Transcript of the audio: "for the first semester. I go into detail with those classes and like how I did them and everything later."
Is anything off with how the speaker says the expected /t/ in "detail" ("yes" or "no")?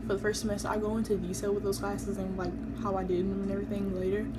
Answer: yes